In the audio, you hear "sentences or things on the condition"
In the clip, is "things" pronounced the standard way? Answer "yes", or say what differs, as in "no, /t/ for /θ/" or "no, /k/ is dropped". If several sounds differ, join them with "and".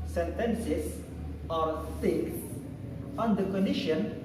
no, /s/ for /θ/